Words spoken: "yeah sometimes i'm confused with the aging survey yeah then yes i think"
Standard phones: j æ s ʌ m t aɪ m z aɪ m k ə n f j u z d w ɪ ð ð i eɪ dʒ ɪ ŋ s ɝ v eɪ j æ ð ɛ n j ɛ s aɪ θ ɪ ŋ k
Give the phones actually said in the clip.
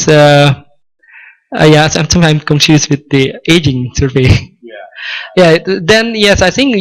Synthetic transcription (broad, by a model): j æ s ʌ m s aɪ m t aɪ m k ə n f j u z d w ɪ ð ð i eɪ dʒ ɪ ŋ s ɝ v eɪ j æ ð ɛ n j ɛ s aɪ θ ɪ ŋ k